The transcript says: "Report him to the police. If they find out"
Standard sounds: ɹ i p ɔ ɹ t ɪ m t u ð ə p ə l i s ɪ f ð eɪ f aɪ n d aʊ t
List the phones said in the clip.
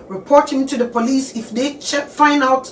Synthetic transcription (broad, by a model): ɹ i p ɔ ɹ t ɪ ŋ t u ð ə p ə l i s ɪ f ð eɪ f aɪ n aʊ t